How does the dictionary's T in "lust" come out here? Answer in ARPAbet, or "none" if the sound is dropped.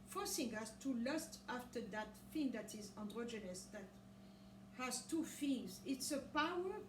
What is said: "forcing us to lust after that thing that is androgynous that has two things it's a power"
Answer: T